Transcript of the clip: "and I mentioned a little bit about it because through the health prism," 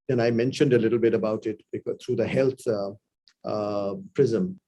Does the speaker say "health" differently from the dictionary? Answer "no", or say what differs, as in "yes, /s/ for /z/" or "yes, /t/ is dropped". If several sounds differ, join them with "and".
yes, /t/ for /θ/